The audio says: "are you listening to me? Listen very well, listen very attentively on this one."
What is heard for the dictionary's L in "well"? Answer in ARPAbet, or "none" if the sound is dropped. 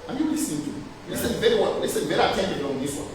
N